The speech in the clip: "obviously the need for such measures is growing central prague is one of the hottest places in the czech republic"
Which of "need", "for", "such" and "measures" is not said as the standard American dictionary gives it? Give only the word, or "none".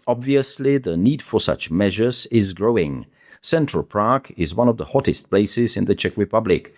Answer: none